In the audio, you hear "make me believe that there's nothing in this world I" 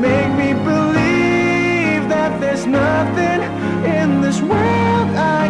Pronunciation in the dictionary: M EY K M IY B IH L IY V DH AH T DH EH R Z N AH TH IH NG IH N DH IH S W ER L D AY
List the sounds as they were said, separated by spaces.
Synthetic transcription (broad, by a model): M EY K M IY B IH L IY V DH AH T DH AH R Z N AH TH IH NG IH N DH IH S W ER L D AY